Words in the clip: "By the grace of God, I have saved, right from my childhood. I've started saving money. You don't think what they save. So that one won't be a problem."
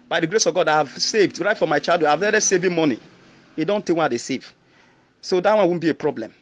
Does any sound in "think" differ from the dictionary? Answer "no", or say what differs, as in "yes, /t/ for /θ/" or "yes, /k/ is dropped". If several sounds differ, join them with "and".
yes, /t/ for /θ/ and /ŋ/ is dropped